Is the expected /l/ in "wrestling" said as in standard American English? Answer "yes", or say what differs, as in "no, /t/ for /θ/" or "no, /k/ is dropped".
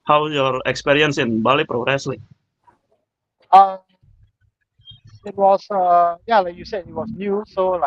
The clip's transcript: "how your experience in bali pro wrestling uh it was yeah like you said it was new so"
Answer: yes